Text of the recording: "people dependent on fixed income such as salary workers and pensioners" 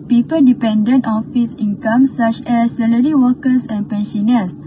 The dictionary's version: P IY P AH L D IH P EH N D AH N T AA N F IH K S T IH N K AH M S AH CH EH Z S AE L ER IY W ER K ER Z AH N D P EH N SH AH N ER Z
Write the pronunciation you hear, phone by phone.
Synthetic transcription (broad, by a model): P IY P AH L D IH P EH N D AH N T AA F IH S IH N K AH M S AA CH EH S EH L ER IY W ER K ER S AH N P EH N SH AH N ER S